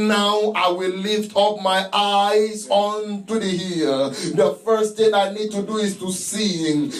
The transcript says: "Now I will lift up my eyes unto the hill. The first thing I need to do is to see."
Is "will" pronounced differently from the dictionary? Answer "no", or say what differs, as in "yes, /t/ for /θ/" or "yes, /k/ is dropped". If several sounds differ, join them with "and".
no